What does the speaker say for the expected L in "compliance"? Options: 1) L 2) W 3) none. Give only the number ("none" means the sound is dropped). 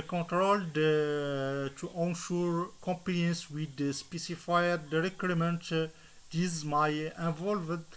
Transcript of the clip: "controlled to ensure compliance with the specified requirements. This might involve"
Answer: 3